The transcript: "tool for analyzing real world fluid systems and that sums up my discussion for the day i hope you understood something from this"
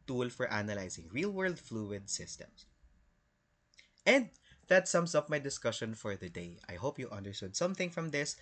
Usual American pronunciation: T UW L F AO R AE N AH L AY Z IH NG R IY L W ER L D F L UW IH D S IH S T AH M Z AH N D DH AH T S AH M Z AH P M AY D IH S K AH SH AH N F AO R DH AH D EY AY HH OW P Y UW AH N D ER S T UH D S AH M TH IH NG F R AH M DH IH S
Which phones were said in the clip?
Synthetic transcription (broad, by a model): T UW L F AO R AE N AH L AY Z IH NG R IY L W ER L D F L UW IH D S IH S T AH M S AH N D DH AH T S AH M S AH P M AY D IH S K AH SH AH N F AO R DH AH D EY AY HH OW P Y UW AH N D ER S T UH D S AH M TH IH NG F R AH M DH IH S